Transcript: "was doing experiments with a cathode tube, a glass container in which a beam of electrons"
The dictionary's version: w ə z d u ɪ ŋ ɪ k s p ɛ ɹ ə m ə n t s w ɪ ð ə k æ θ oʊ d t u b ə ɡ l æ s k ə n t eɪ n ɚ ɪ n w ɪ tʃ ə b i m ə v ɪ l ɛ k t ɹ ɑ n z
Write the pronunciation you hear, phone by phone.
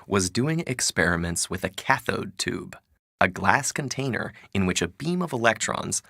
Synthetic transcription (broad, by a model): w ə z d u ɪ ŋ ɪ k s p ɛ ɹ ə m ə n t s w ɪ ð ə k æ θ oʊ d t u b ə ɡ l æ s k ə n t eɪ n ɚ ɪ n w ɪ tʃ ə b i m ə v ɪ l ɛ k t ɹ ɑ n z